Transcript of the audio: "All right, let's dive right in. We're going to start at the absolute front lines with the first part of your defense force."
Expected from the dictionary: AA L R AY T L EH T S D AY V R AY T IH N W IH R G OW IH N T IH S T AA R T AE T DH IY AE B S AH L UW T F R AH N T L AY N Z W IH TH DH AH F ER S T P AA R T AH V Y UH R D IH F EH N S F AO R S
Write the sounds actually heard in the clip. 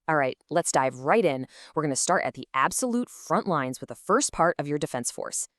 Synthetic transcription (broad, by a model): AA L R AY T L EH T S D AY V R AY T IH N W IH R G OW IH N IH S T AA R T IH T DH IY AE B S AH L UW T F R AH N T L AY N Z W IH DH AH F ER S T P AA R T AH V Y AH R D IH F EH N S F AO R S